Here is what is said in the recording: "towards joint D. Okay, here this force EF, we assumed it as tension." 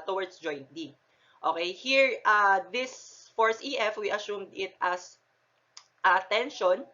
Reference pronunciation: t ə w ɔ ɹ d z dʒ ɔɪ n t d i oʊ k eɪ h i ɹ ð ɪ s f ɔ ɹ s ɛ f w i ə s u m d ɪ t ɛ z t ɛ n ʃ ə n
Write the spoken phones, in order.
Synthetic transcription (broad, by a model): t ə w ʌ ɹ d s dʒ ɔɪ n t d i oʊ k eɪ h i ɹ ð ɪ s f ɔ ɹ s ɛ f w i ə s u m d ɪ t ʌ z t ɛ n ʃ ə n